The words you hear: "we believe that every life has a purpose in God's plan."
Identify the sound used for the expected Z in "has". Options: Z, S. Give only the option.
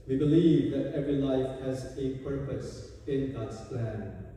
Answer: Z